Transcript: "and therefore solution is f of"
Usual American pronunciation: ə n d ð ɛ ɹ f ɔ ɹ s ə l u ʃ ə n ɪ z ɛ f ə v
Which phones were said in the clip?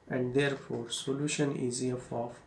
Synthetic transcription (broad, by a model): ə n d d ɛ ɹ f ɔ ɹ s ə l u ʃ ə n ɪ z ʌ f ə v